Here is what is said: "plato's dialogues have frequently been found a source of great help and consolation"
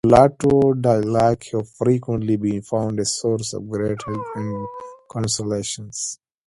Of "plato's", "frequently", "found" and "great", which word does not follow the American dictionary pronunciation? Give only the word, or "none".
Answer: plato's